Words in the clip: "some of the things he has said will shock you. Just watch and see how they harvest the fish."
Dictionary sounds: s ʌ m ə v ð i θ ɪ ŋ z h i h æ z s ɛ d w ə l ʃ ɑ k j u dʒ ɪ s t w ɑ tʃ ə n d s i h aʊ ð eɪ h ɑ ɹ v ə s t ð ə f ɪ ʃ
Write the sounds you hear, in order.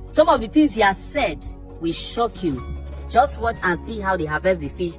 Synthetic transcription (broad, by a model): s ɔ m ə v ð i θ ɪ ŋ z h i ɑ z s ɛ d w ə ʃ ɑ k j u dʒ ɪ s t w ɑ tʃ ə n s i h aʊ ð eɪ h ɑ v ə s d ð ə f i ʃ